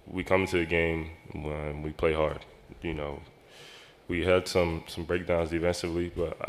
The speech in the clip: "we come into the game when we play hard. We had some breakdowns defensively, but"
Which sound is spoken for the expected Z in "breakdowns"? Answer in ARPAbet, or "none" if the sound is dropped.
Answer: Z